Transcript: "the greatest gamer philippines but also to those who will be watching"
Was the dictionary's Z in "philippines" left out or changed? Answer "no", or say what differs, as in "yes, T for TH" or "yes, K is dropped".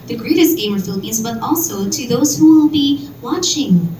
no